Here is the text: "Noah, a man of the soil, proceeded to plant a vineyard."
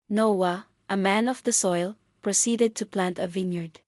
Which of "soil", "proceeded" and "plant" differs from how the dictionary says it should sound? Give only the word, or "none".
none